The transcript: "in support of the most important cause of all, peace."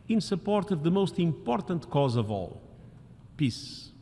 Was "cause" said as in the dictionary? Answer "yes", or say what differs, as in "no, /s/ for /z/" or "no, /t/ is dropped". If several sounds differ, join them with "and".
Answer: yes